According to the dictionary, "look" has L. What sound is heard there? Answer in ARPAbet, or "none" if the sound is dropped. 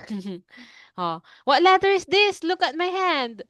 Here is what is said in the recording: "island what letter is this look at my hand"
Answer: L